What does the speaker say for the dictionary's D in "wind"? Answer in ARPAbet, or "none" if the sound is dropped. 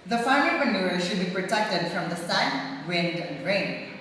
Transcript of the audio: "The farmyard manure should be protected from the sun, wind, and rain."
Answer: D